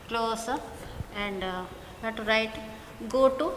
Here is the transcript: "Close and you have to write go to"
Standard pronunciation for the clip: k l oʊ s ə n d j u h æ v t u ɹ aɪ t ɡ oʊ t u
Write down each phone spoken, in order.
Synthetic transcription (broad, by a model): k l oʊ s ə n d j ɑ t t u ɹ aɪ t ɡ oʊ t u